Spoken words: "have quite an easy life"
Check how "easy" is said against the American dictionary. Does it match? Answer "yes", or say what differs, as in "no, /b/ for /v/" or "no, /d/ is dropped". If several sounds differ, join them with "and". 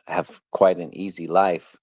yes